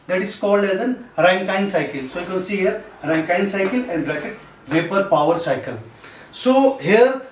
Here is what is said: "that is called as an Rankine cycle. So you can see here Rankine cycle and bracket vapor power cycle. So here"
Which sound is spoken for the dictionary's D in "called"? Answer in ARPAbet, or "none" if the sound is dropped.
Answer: D